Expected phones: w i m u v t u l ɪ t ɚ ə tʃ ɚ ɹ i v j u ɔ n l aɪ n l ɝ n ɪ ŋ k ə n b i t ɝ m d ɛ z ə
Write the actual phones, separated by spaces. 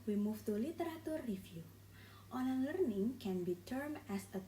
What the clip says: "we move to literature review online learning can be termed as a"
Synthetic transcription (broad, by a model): w i m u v t u l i t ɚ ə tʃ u ɹ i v j u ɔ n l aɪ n l ɝ n ɪ ŋ k ə n b i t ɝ m ɛ s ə